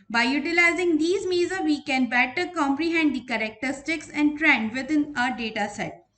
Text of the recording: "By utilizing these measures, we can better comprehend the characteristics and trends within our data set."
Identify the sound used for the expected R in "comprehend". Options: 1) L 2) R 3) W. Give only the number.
2